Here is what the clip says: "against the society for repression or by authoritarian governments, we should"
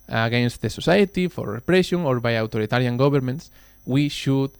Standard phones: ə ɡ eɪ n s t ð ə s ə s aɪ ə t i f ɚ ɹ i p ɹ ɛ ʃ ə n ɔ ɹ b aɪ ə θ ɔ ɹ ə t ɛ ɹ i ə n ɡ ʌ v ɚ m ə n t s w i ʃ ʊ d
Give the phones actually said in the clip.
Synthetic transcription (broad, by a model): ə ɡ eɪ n s t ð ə s ə s aɪ ə t i f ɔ ɹ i p ɹ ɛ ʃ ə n ɔ ɹ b aɪ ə t ɔ ɹ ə t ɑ ɹ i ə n ɡ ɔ b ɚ m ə n t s w i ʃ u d